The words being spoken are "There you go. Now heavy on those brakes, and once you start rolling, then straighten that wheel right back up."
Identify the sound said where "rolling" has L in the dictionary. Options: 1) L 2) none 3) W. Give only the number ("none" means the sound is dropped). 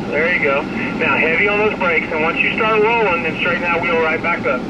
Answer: 2